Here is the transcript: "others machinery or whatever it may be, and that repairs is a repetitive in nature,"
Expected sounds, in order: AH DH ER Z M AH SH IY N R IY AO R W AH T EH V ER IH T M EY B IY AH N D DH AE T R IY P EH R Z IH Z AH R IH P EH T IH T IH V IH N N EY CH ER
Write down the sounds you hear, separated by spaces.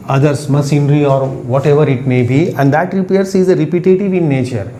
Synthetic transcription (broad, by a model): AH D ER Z M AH S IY N R IY AO R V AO T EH V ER IH T M EY B IY AH N D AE T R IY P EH R S IH Z AH R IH P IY T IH T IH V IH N N EY CH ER